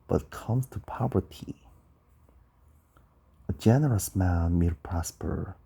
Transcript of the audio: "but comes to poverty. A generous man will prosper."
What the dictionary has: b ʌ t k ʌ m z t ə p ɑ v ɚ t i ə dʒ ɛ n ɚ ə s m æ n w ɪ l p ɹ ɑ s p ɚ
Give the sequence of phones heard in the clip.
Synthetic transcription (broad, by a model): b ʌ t k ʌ m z t ə p ɑ v ɚ t i ə dʒ ɛ n ɚ ə s m æ n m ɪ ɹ p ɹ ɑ s p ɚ